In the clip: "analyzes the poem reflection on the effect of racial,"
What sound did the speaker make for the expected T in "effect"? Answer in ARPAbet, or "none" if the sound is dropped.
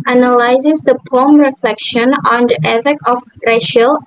none